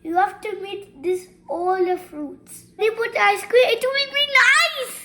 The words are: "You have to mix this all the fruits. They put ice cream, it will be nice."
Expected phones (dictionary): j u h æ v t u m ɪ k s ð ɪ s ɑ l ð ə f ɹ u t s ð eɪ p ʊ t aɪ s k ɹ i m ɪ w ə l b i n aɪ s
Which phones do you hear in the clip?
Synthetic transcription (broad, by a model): j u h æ f t u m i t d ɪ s ɑ l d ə f ɹ u t s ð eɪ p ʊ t aɪ s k w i ɪ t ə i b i n aɪ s